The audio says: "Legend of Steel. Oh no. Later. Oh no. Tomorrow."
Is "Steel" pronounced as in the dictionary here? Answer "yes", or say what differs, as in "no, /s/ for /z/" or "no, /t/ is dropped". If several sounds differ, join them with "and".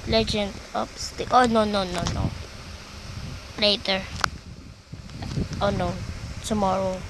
no, /n/ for /l/